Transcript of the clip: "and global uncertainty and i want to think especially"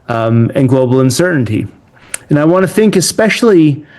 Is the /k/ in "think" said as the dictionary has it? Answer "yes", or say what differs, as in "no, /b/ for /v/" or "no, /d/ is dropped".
yes